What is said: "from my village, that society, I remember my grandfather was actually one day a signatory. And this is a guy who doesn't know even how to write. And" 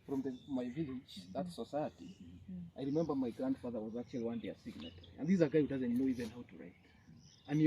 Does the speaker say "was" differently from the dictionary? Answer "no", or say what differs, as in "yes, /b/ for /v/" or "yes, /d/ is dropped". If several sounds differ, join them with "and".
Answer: no